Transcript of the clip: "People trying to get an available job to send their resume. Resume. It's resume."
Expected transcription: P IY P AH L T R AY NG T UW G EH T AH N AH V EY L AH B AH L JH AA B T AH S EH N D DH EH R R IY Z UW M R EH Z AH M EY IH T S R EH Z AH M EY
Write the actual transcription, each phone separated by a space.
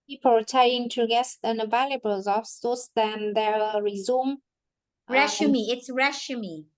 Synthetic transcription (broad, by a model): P IY P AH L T AY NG T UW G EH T AH N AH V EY L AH B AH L Z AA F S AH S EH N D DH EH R R IY Z UW M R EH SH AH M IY IH T S R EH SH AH M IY